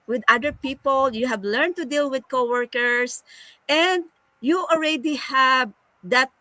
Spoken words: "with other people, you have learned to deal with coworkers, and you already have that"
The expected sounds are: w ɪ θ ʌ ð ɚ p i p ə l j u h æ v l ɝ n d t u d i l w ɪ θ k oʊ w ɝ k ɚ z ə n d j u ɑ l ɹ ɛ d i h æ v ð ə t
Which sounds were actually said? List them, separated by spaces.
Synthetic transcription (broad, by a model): w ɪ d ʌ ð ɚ p i p ə l j u h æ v l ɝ n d t u d i l w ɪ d k oʊ w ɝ k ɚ s ə n d j u ɑ l ɹ ɛ d i h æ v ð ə t